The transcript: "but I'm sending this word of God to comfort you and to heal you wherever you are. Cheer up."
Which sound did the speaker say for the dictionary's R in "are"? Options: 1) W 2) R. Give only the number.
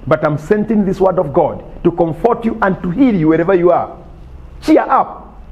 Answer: 2